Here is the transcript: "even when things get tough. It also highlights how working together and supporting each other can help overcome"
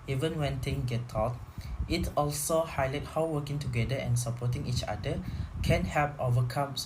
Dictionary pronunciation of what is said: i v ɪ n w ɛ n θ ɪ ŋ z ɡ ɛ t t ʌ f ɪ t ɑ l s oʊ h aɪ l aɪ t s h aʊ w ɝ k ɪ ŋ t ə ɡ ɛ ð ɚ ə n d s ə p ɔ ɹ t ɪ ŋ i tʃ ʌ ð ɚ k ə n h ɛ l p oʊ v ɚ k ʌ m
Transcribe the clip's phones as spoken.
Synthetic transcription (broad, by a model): i v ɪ n w ɛ n t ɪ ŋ ɡ ɛ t t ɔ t ɪ t ɑ l s oʊ h aɪ l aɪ t h aʊ w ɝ k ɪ ŋ t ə ɡ ɛ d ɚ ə n s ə p ɔ t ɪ ŋ i tʃ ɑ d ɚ k ə n h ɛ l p oʊ v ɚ k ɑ m